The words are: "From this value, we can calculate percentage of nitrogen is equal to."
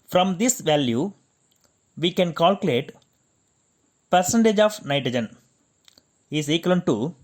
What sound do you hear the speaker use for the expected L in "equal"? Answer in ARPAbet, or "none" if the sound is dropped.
N